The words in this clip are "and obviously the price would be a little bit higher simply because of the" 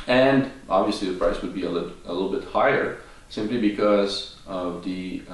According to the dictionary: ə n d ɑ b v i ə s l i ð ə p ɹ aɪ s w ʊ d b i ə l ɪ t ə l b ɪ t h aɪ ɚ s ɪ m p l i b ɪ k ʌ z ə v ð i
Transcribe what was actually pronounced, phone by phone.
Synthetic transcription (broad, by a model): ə n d ɑ b v i ə s l i ð ə p ɹ aɪ s w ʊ d b i ə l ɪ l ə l b ɪ t h aɪ ɚ s ɪ m p l i b ɪ k ʌ z ə v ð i